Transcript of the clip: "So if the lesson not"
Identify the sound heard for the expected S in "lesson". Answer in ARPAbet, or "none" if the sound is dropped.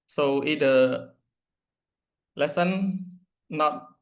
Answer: S